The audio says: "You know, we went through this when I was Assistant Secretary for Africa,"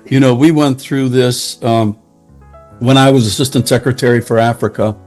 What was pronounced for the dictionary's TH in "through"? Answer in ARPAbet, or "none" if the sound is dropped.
TH